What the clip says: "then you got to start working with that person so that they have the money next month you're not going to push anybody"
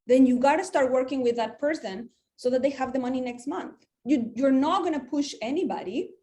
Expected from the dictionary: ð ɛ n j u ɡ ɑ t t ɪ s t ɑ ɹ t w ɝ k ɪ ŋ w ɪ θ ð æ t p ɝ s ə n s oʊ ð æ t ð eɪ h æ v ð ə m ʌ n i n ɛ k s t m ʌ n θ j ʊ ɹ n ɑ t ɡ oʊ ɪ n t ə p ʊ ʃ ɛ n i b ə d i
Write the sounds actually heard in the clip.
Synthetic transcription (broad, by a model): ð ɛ n j u ɡ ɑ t t ɪ s t ɑ ɹ t w ɝ k ɪ ŋ w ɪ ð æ t p ɝ s ə n s oʊ ð æ t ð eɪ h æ v ð ə m ʌ n i n ɛ k s t m ʌ n θ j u ɹ n ɑ t ɡ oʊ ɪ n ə p ʊ ʃ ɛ n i b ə d i